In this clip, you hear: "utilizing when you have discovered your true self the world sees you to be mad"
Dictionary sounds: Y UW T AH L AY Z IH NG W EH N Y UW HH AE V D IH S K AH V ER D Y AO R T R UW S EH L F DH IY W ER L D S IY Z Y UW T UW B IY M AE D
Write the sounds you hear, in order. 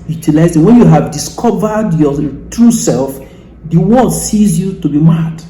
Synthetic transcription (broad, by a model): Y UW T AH L AY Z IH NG W EH N Y UW HH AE V D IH S K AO V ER D Y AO T R UW S EH L F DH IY W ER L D S IY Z Y UW T UW B IY M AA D